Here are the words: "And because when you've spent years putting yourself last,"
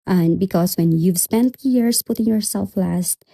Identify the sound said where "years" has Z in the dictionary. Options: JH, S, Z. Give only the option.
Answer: S